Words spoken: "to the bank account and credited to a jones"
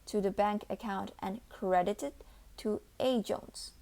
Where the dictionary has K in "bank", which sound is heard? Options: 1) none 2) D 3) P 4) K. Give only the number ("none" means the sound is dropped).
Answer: 4